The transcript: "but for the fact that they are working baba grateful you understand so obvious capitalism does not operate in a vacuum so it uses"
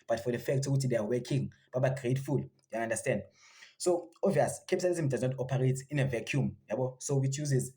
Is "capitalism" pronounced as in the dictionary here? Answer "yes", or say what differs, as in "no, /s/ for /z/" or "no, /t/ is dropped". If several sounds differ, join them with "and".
no, /s/ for /t/